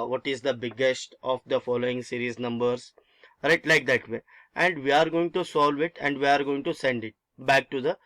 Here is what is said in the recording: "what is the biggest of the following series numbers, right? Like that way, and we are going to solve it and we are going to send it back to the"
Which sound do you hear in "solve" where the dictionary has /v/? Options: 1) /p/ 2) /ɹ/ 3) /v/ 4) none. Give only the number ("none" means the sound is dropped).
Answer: 3